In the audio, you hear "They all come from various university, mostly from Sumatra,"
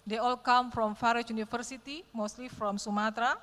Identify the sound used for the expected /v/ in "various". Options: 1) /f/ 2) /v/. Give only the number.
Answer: 1